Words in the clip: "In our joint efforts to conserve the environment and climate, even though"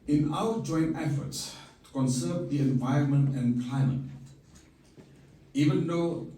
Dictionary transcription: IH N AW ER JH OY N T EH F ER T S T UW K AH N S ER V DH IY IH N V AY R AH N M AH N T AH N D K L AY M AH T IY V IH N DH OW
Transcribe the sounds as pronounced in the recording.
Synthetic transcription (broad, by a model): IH N AW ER JH OY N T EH F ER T S T UW K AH N S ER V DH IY IH N V AY R AH N M AH N T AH N K L AY M AH T IY V IH N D OW